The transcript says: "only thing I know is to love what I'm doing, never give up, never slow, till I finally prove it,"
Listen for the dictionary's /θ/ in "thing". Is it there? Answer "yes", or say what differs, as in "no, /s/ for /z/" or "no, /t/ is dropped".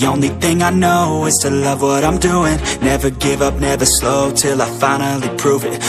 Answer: yes